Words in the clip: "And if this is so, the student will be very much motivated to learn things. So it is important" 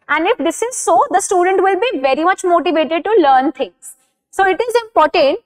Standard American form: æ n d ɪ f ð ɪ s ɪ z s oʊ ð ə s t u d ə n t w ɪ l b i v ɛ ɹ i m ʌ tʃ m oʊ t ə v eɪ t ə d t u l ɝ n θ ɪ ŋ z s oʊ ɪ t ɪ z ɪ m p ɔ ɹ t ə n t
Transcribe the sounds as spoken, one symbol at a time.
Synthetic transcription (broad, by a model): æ n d ɪ f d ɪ s ɪ z s oʊ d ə s t u d ə n t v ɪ l b i v ɛ ɹ i m ʌ tʃ m oʊ t ə v eɪ t ə d t u l ɝ n t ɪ ŋ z s oʊ ɪ t ɪ z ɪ m p ɔ ɹ t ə n t